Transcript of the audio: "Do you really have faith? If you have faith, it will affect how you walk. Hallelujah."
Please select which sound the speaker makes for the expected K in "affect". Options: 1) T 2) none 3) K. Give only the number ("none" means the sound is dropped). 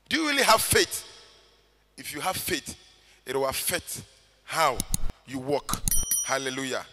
2